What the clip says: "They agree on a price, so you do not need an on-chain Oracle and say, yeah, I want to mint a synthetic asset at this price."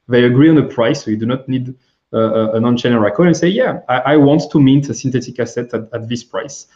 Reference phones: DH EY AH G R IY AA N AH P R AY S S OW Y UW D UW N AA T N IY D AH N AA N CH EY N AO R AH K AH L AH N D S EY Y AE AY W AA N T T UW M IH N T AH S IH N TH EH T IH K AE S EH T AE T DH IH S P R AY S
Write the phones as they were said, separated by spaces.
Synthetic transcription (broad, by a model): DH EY AH G R IY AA N AH P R AY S S OW Y UW D UW N AA T N IY D AH N AA N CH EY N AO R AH K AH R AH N S EY Y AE AY W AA N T T UW M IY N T AH S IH N T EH T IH K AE S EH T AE T DH IH S P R AY S